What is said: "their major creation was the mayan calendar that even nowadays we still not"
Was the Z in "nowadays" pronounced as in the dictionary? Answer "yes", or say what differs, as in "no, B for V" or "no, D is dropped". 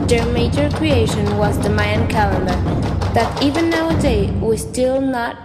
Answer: no, Z is dropped